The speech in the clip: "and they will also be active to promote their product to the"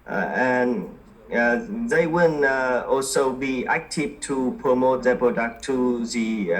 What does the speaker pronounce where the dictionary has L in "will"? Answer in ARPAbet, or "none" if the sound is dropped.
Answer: N